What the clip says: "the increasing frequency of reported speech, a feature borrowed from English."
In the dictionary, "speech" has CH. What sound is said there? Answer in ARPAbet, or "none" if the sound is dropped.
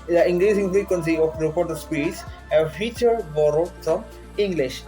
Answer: S